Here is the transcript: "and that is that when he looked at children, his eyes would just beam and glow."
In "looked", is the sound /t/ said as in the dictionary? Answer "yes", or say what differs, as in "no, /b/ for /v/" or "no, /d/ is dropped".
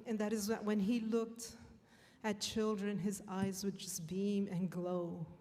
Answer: yes